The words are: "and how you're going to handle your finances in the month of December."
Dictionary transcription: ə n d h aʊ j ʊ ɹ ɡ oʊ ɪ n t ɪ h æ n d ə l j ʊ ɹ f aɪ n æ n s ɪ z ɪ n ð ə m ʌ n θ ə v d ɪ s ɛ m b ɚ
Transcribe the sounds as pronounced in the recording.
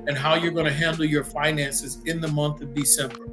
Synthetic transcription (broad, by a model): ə n h aʊ j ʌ ɹ ɡ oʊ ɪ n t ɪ h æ n d l j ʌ ɹ f aɪ n æ n s ɪ z ɪ n ð ə m ʌ n θ ə v d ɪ s ɛ m b ɚ